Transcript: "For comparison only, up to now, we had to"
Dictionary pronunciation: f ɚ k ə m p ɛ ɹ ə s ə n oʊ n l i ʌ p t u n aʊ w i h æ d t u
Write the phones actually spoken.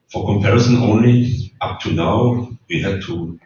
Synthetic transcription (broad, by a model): f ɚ k ə m p ɛ ɹ ə s ə n oʊ n l i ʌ p t u n aʊ w i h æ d t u